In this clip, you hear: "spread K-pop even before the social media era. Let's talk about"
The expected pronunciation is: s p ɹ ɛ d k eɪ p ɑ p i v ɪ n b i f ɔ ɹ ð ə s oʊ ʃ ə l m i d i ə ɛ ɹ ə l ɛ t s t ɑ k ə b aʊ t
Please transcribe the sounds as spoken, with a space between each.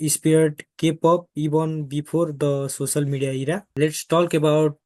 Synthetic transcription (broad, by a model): s p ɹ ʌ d k eɪ p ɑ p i b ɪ n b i p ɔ ɹ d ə s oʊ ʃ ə l m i d i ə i ɹ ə l ɛ t s t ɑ k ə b aʊ t